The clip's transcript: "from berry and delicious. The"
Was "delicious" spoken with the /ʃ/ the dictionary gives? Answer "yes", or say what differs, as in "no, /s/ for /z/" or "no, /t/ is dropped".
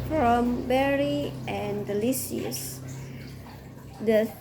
no, /s/ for /ʃ/